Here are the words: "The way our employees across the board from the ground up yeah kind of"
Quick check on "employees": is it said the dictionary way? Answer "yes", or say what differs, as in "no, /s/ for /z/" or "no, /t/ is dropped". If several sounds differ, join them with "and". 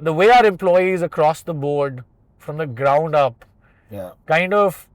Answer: yes